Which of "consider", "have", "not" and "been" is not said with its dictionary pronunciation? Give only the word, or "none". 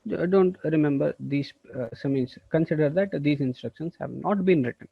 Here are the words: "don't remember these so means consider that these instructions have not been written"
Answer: none